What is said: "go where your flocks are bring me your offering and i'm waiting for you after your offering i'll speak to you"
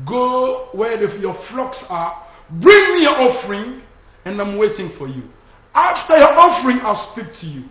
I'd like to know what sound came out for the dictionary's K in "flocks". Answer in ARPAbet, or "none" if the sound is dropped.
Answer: K